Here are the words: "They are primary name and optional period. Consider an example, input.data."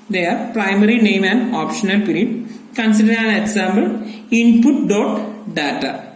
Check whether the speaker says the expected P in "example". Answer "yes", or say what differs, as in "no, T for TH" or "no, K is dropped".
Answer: no, B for P